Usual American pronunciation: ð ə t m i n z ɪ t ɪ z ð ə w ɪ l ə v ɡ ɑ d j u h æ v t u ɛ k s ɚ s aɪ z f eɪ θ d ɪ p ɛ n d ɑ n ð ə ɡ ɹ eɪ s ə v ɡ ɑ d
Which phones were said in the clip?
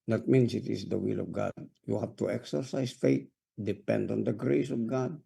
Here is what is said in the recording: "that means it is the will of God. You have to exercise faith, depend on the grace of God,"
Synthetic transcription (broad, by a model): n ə t m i n s ɪ t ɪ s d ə w ɪ l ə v ɡ ɑ d j u h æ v t u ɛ k s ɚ s aɪ s f eɪ t d ɪ p ɛ n d ɑ n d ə ɡ ɹ eɪ s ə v ɡ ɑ d